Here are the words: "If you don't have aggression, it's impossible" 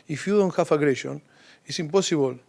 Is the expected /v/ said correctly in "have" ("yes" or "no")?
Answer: no